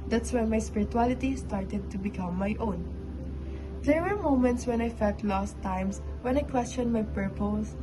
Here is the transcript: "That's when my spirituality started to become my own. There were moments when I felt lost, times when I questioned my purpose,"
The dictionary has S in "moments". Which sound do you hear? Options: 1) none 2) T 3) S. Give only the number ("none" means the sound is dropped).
3